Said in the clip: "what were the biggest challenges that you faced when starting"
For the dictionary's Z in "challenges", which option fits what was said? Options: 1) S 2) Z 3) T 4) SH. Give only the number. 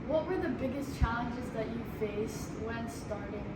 2